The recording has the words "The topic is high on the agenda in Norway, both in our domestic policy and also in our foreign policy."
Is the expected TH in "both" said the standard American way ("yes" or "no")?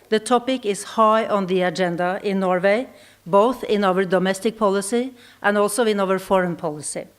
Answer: yes